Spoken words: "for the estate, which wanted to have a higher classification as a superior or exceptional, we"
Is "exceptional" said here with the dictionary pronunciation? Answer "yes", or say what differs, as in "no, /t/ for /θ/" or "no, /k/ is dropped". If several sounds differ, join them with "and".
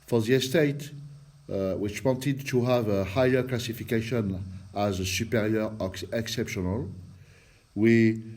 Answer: yes